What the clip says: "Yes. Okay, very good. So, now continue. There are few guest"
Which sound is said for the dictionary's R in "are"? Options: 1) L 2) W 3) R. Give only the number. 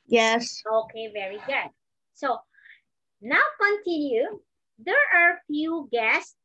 3